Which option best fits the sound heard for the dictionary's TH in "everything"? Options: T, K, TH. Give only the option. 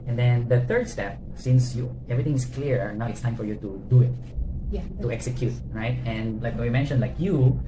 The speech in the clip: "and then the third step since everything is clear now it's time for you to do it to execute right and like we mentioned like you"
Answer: T